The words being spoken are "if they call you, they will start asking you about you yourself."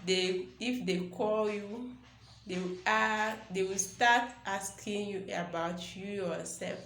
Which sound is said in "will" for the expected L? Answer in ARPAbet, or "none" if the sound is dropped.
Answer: W